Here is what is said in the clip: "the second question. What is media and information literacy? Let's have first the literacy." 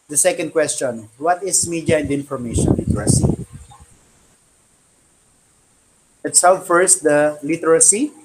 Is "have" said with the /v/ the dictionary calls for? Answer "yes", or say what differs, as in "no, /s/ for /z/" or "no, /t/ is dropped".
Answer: no, /w/ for /v/